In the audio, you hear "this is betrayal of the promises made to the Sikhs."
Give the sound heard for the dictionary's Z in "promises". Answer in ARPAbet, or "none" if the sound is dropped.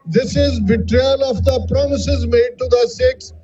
Z